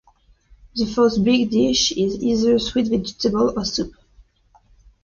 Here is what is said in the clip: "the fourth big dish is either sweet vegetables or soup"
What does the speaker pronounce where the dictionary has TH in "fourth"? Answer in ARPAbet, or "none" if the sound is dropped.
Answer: T